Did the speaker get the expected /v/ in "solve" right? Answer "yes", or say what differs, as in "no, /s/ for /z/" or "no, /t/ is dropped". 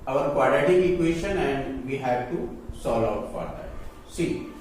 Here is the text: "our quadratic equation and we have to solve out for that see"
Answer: no, /v/ is dropped